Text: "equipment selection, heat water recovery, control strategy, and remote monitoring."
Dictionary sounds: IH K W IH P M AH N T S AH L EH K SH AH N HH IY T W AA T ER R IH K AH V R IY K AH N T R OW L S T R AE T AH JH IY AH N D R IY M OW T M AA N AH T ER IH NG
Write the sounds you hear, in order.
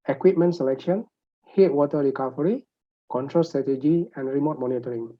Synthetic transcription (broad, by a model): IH K W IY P M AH N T S AH L EH K SH AH N HH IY T W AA T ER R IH K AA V R IY K AH N T R OW L S T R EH T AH JH IY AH N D R IY M OW T M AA N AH T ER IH NG